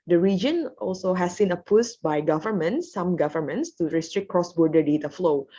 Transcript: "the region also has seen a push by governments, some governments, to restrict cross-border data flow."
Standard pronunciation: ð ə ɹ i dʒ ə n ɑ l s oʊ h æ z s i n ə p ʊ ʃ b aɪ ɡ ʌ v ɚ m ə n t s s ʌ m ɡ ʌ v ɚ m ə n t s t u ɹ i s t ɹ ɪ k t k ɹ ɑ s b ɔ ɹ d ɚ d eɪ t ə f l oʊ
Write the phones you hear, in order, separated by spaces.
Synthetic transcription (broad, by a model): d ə ɹ i dʒ ə n ɑ l s oʊ h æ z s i n ə p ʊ s b aɪ ɡ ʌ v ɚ m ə n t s s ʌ m ɡ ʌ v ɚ m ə n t s t u ɹ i s t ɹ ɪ k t k ɹ ɑ s b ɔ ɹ d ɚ d eɪ t ə f l oʊ